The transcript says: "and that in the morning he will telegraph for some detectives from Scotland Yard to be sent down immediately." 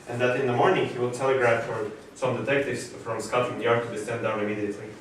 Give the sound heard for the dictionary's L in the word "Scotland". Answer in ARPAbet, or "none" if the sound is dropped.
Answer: none